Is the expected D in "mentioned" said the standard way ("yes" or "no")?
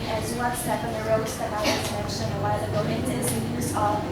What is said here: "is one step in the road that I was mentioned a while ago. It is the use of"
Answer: no